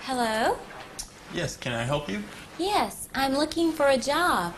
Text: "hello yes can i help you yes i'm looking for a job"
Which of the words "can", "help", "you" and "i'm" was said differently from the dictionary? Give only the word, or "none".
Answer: none